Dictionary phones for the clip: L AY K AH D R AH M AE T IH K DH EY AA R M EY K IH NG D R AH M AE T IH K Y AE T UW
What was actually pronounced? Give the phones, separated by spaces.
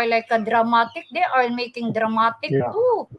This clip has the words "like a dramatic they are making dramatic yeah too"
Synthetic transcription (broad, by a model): L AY K AH D R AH M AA T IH K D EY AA L M EY K IH NG D R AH M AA T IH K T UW